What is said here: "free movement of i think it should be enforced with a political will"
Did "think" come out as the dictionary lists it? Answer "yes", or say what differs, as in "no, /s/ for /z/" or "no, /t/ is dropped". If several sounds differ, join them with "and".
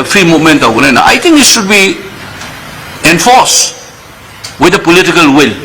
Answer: no, /t/ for /θ/